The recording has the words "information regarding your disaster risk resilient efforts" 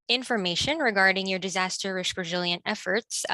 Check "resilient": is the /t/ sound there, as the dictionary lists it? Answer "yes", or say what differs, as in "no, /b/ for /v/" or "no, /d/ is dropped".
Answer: yes